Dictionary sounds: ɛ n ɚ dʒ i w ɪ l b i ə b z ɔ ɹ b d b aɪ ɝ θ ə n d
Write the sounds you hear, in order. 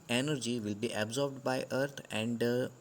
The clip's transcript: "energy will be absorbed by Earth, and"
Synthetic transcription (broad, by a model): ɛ n ɚ dʒ i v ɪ l b i ə b z ɔ ɹ b d b aɪ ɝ t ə n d